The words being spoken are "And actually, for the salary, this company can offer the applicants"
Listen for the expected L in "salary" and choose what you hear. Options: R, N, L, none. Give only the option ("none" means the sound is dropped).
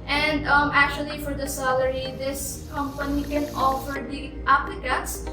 L